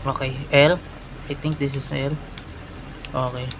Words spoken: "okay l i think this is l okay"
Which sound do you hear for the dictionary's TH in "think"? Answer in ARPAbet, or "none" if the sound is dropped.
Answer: T